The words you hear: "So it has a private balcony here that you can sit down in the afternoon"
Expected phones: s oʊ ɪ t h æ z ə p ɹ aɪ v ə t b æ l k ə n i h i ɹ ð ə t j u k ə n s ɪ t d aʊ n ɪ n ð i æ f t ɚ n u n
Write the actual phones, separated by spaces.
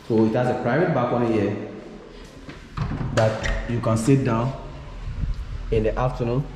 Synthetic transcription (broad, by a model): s oʊ ɪ t h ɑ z ə p ɹ aɪ v ə t b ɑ k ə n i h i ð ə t j u k ə n s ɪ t d aʊ n ɪ n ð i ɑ f t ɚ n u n